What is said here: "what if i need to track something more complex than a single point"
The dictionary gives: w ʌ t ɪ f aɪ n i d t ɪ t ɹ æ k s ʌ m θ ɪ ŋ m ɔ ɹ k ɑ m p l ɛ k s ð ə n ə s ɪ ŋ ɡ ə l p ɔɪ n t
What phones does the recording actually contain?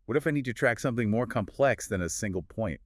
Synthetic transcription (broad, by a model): w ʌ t ɪ f aɪ n i d t ɪ t ɹ æ k s ʌ m θ ɪ ŋ m ɔ ɹ k ɑ m p l ɛ k s ð ə n ə s ɪ ŋ ɡ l p ɔɪ n t